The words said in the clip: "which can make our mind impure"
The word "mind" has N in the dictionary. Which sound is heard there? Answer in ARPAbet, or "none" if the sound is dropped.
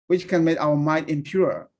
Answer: none